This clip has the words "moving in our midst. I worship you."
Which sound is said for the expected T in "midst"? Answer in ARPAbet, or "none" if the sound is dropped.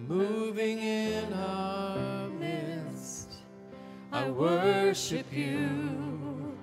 T